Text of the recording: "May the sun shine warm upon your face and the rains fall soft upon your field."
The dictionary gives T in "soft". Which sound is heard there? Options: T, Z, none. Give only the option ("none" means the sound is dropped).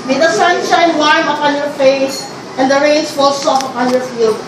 none